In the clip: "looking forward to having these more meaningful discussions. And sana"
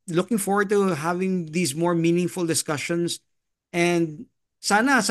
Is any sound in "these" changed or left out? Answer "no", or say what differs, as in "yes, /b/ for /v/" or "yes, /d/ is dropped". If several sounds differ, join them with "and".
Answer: yes, /s/ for /z/